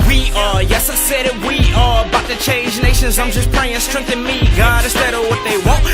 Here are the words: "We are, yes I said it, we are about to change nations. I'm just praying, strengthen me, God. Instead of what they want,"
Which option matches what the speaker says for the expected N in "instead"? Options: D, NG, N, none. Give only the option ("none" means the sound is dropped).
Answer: none